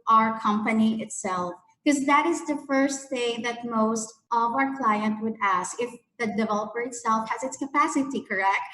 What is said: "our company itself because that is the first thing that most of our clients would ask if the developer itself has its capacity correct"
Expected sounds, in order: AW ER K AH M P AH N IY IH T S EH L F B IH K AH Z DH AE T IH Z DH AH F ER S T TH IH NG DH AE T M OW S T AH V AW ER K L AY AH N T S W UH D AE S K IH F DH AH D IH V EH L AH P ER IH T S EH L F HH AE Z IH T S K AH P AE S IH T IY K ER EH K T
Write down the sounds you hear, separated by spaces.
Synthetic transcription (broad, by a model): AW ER K AH M P AH N IY IH T S EH L F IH K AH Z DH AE T IH Z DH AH F ER S T TH IH NG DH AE T M OW S T AH V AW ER K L AY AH N T W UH D AE S K IH F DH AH D IH V EH L AH P ER IH T S EH L F HH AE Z IH T S K AH P AE S IH T IY K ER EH K T